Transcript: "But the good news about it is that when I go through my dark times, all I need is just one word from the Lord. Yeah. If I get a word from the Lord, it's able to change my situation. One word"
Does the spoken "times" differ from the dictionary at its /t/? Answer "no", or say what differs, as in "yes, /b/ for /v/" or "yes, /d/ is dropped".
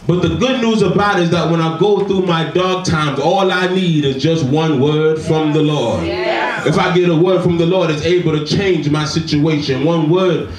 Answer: no